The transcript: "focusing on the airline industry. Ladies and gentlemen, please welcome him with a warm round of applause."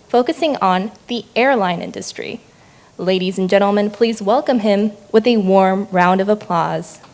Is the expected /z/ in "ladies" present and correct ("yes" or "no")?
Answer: yes